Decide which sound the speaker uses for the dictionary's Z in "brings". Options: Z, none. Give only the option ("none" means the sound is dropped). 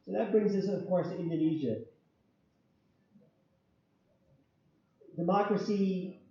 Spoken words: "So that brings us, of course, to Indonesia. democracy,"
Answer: Z